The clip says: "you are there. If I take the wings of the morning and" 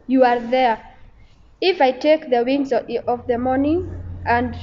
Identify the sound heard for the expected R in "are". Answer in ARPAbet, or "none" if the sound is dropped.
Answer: R